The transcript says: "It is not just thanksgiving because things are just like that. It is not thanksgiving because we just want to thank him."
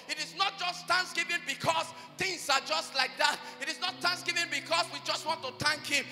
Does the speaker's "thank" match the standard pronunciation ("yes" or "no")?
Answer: no